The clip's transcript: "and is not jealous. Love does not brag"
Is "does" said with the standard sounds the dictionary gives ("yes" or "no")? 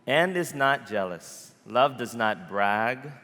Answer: yes